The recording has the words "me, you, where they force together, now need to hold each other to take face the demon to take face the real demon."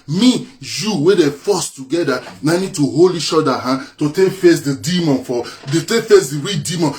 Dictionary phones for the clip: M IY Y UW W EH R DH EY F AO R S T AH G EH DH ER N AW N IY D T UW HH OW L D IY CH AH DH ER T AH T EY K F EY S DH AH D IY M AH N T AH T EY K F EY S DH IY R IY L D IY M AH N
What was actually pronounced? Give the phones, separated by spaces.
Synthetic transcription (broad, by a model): M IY Y UW W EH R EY F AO S T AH G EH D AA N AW N IY D T UW HH OW L IY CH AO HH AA T AH T EY K F EY S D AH D IY M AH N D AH T EY K F EY S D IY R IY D IY M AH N